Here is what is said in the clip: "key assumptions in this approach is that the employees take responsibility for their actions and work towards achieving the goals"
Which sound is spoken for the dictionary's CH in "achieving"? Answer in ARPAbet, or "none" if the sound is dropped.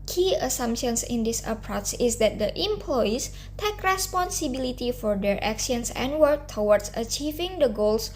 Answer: CH